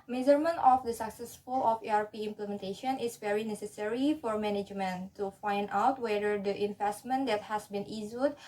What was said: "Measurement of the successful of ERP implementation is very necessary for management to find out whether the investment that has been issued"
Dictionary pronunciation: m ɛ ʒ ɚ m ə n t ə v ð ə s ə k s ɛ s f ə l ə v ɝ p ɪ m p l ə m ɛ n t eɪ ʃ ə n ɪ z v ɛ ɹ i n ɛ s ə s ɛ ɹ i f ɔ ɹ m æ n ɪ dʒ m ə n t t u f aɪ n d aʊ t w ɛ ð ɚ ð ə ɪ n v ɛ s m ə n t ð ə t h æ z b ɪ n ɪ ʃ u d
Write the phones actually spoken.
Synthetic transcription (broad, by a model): m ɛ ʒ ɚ m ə n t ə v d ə s ə k s ɛ s f ə l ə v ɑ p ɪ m p l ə m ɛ n t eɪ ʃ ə n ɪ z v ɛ ɹ i n ɛ s ə s ɛ ɹ i f ɔ ɹ m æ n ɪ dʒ m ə n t t u f aɪ n d aʊ t w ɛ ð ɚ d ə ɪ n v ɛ s m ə n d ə t h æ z b ɪ n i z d